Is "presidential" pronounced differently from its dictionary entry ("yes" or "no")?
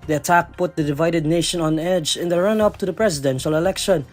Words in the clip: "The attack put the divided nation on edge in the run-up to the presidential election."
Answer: no